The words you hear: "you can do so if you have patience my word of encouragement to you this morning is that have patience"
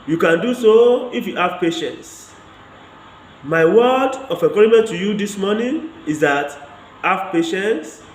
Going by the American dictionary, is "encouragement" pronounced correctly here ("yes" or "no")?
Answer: no